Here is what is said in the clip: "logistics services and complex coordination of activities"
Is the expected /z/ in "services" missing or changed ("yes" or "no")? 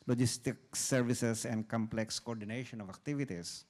yes